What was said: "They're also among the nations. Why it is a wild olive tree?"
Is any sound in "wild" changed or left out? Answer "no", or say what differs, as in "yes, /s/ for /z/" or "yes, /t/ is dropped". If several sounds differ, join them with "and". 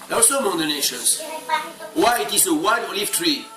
yes, /l/ is dropped